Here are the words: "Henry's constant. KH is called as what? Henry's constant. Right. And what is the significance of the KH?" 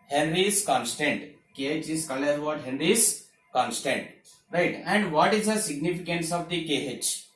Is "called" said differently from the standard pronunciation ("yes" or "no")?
yes